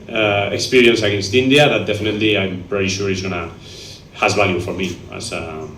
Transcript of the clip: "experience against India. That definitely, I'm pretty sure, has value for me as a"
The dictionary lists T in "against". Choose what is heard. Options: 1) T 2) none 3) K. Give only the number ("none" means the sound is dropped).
1